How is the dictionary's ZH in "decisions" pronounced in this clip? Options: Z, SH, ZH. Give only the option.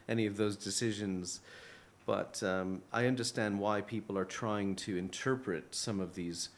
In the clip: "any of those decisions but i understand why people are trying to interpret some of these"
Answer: ZH